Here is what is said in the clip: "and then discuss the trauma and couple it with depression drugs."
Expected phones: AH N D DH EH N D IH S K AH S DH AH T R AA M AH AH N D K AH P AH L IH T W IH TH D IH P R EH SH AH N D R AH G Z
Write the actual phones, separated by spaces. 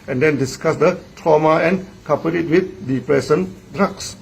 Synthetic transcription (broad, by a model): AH N D EH N D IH S K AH S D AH T R AA M AH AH N K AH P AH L IH T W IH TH D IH P R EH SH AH N D R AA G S